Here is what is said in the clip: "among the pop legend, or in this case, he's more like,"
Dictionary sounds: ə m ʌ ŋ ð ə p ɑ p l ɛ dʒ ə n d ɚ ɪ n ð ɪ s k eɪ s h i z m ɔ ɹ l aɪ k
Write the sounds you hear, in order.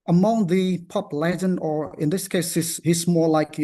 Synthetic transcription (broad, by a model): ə m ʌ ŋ ð ə p ɑ p l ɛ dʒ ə n ɚ ɪ n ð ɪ s k eɪ s h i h m ɔ ɹ l aɪ k